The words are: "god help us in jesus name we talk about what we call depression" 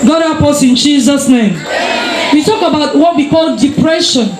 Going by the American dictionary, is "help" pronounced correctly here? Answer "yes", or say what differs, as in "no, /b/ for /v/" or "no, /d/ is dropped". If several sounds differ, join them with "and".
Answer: no, /l/ is dropped